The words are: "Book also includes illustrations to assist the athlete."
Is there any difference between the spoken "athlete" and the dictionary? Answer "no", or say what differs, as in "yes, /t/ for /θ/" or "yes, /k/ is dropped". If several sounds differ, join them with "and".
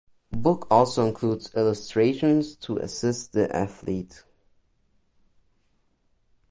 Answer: no